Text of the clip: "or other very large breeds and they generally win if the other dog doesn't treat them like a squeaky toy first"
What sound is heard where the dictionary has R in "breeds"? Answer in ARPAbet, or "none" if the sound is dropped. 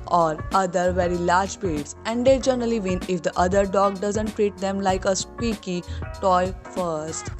none